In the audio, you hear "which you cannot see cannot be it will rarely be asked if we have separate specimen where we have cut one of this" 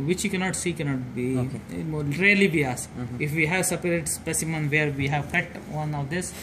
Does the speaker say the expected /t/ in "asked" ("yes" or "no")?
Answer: no